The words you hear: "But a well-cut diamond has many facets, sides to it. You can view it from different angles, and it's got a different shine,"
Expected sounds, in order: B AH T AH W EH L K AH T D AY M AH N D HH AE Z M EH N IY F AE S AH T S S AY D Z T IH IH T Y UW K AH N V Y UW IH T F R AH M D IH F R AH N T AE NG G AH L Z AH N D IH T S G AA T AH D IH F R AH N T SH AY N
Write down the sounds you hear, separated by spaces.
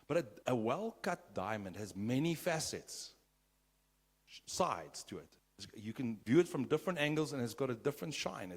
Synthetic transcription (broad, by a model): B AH T AH W EH L K AH T D AY M AH N D HH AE Z M EH N IY F AE S AH T S S AY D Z T IH IH T Y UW K AH N V Y UW IH T F R AH M D IH F R AH N T AE NG G AH L Z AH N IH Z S G AA T AH D IH F R AH N T SH AY N